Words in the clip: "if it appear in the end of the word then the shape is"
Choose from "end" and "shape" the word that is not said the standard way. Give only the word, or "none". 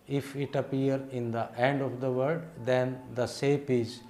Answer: shape